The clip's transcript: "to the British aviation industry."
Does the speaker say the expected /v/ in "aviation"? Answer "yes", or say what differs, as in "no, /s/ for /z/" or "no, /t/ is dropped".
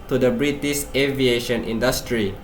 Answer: yes